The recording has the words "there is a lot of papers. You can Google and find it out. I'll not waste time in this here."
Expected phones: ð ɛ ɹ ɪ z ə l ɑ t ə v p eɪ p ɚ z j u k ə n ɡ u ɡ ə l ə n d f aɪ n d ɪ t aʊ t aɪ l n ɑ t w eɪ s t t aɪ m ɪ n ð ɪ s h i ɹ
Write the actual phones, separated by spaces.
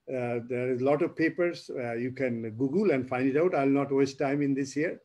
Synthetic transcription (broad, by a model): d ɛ ɹ ɪ z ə l ɑ t ə v p eɪ p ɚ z j u k ə n ɡ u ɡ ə l ə n d f aɪ n d ɪ t aʊ t aɪ l n ɑ t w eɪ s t t aɪ m ɪ n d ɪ s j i ɹ